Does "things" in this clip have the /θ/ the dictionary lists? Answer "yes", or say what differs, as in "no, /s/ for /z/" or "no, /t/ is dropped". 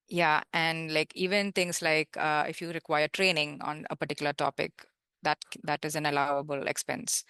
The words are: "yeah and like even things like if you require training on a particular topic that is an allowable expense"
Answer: no, /t/ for /θ/